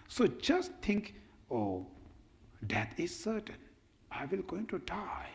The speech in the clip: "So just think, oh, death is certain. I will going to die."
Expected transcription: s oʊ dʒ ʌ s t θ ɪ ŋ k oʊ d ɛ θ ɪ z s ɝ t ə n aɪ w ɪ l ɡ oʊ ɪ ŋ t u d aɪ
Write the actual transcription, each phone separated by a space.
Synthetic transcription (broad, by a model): s oʊ dʒ ʌ s t t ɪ ŋ k oʊ d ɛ t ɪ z s ɝ t ə n aɪ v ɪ l ɡ oʊ ɪ ŋ t u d aɪ